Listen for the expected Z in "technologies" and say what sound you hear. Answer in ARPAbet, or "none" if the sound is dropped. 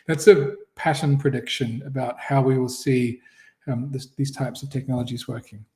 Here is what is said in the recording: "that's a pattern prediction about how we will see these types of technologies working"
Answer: Z